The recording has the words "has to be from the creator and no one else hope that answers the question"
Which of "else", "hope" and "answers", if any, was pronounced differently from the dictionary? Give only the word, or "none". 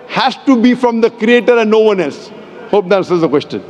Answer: answers